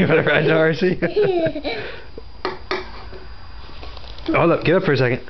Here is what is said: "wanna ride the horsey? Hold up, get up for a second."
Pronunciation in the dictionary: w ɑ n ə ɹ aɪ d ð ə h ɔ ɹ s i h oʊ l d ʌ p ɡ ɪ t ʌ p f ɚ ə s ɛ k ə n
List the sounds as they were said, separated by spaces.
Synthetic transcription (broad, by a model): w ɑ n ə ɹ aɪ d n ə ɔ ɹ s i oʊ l ʌ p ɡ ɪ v ʌ p f ɚ ə s ɛ k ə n